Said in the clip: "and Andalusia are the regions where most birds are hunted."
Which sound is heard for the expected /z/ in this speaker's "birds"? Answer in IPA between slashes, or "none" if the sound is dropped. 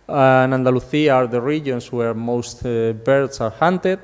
/s/